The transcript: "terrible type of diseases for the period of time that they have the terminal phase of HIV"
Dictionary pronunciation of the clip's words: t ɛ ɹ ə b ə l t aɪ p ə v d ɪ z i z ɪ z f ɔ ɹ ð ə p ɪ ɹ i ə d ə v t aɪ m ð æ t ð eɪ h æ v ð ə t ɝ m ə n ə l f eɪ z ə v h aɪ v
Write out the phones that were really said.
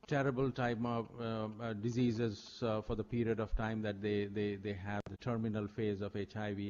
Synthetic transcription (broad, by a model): t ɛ ɹ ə b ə l t aɪ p d ɪ z i z ɪ z f ɔ ɹ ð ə p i ɹ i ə d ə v t aɪ m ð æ t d eɪ h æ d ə t ɝ m ə n ə l f eɪ z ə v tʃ aɪ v